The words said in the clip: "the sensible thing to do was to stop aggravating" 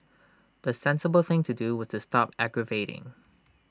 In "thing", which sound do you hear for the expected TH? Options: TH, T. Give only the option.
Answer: TH